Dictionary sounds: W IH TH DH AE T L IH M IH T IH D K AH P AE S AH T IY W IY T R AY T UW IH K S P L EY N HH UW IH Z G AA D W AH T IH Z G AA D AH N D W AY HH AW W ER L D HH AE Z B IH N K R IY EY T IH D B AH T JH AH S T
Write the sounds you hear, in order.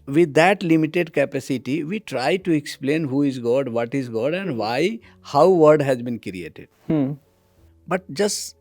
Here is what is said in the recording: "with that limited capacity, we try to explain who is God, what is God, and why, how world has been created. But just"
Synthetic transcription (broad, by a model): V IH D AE T L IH M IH T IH D K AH P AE S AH T IY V IY T R AY T UW IH K S P L EY N HH UW IH Z G AA D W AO T IH Z G AA D AH N D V AY HH AW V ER D HH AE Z B IH N K R IY EY T IH D B AH T JH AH S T